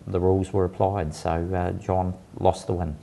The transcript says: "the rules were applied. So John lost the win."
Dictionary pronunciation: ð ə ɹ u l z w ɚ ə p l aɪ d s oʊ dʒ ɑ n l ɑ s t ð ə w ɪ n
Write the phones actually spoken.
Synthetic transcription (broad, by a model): ð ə ɹ u l z w ɚ ə p l aɪ d s oʊ dʒ ɑ n l ɑ s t ð ə w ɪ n